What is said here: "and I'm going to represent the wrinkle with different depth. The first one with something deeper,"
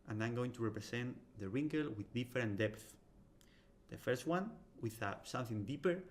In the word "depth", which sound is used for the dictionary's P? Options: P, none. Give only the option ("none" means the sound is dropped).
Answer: P